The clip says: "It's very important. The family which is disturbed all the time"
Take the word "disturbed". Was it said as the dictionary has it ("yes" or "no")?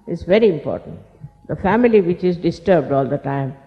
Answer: yes